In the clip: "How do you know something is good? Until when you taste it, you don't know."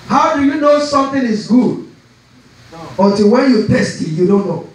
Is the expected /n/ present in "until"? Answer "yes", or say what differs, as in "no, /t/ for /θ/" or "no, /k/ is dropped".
no, /n/ is dropped